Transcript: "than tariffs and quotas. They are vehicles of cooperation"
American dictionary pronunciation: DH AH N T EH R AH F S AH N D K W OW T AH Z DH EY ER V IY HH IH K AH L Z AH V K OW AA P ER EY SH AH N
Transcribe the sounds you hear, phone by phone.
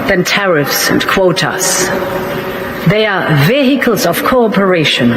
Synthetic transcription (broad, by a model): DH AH N T EH R AH F S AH N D K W OW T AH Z DH EY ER V IY HH IH K AH L Z AH V K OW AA P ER EY SH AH N